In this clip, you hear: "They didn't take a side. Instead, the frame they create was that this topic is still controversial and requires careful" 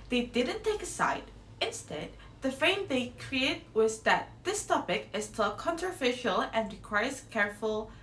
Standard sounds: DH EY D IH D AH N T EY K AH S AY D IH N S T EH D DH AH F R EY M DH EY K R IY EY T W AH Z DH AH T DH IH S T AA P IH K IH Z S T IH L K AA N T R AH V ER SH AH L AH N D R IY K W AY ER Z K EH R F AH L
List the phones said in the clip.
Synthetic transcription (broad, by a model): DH EY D IH D N T EY K AH S AY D IH N S T EH D DH AH F EY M DH EY K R IY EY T W AH Z DH AH T DH IH S T AA P IH K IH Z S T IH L K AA N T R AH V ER SH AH L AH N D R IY K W AY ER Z K EH R F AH L